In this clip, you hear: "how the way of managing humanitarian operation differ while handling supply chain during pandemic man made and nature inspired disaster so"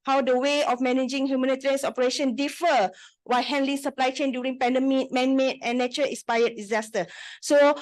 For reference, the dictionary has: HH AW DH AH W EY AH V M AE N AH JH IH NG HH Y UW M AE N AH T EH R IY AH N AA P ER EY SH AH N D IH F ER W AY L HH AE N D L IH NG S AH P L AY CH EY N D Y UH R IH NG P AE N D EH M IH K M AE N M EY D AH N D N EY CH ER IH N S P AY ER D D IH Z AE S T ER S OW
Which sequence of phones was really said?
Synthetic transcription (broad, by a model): HH AW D AH W EY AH F M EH N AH JH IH NG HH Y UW M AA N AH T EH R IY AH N AA P ER EY SH AH N D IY F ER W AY HH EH N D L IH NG S AH P L AY CH EY N D Y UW R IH NG P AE N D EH M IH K M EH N M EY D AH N N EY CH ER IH S P AY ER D D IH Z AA S T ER S OW